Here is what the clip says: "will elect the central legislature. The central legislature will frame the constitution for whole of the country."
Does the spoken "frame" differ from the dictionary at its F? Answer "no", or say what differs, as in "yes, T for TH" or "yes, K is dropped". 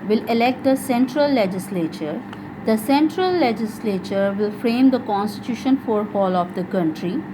no